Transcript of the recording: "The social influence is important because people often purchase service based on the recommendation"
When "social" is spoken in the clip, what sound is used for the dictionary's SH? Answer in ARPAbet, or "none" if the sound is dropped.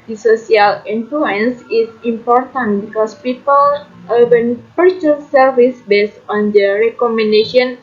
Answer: S